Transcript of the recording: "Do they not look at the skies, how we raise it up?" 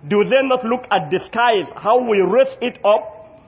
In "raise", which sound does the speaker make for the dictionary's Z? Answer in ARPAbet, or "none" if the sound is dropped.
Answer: S